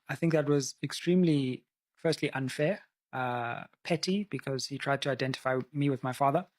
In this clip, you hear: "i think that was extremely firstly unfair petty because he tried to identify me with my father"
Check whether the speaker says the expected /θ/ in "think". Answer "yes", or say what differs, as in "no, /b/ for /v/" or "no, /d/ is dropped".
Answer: yes